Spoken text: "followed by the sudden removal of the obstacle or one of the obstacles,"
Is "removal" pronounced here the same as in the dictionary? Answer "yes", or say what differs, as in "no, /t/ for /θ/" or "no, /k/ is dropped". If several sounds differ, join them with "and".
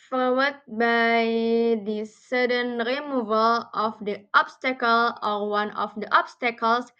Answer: yes